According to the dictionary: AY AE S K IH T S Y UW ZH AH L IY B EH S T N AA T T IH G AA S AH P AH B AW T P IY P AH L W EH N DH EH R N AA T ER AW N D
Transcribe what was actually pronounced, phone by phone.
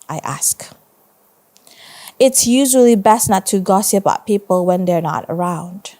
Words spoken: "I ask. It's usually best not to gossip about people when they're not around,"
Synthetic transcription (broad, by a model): AY AE S K IH T S Y UW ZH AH L IY B EH S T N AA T T IH G AA S AH P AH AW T P IY P AH L W EH N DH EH R N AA T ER AW N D